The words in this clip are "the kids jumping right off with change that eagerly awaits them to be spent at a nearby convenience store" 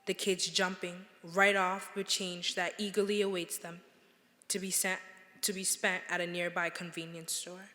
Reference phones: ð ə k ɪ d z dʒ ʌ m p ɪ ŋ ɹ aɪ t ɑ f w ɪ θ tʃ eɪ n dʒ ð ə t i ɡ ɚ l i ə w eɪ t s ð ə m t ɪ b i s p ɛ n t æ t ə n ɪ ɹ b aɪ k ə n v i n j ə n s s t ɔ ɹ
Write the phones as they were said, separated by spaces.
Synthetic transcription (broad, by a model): ð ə k ɪ d z dʒ ʌ m p ɪ ŋ ɹ aɪ t ɑ f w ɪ tʃ eɪ n dʒ ð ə t i ɡ ɚ l i ə w eɪ t s ð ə m t ɪ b i s p ɛ n t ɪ t ə n ɪ ɹ b aɪ k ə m v i n j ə n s s t ɔ ɹ